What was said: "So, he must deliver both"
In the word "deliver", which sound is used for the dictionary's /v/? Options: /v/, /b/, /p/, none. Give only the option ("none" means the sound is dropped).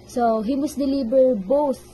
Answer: /b/